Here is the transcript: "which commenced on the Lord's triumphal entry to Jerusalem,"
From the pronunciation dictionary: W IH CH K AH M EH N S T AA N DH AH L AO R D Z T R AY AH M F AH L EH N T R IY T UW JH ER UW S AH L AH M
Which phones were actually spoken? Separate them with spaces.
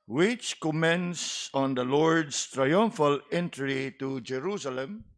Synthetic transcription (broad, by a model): W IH CH K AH M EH N S AA N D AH L AO R D S T R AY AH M F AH L EH N T R IY T UW JH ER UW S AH L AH M